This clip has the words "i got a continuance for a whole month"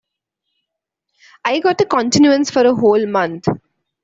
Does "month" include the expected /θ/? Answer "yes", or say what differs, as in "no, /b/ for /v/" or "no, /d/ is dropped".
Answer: no, /t/ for /θ/